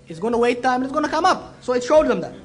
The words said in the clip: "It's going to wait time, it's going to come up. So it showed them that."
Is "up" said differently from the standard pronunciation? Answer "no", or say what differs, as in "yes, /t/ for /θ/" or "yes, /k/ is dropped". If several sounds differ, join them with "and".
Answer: no